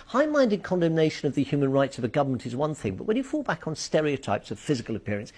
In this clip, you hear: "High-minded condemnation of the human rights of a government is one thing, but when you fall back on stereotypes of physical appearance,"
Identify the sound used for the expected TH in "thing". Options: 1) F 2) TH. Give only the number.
2